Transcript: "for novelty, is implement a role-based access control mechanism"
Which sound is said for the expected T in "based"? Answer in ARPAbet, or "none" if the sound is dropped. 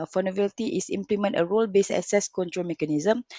none